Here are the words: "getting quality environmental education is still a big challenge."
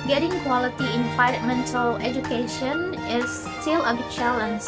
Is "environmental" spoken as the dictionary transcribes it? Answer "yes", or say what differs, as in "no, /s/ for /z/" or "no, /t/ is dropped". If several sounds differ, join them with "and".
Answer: no, /f/ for /v/ and /ɹ/ is dropped